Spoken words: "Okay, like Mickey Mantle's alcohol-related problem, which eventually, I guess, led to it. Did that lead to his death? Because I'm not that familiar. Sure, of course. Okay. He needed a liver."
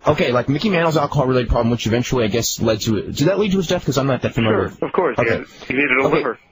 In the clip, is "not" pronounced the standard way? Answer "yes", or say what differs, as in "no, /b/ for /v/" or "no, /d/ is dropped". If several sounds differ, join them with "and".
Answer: no, /l/ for /n/